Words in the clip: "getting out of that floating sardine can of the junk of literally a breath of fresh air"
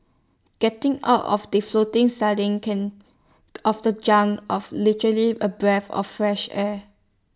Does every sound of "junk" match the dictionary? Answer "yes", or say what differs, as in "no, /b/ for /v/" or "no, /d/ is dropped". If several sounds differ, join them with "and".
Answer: no, /k/ is dropped